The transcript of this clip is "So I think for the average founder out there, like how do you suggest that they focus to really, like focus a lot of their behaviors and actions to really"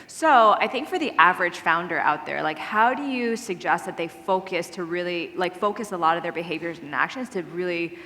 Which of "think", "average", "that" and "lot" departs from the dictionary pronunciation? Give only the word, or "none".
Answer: none